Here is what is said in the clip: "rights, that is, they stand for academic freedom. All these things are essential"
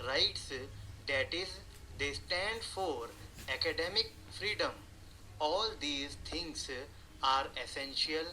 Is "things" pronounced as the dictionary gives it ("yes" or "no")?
no